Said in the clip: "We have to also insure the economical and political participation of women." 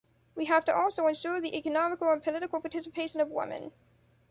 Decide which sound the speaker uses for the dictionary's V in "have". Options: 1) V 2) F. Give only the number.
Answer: 2